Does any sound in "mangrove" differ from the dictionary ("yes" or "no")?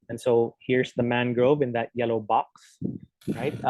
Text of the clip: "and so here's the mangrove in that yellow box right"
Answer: no